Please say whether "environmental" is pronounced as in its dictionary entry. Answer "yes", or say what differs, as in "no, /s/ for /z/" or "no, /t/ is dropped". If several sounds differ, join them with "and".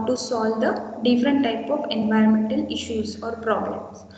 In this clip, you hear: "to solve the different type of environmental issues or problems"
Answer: yes